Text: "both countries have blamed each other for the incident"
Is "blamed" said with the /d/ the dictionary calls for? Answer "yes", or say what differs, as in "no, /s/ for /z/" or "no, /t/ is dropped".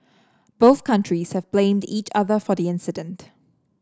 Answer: yes